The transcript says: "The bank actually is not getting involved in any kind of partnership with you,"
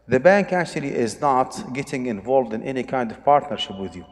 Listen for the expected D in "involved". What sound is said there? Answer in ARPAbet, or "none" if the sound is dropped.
D